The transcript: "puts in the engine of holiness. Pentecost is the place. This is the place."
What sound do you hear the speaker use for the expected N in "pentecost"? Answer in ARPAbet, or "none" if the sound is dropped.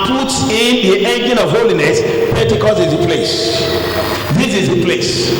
none